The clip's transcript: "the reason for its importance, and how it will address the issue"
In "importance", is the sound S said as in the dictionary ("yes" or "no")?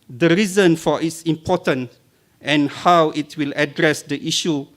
no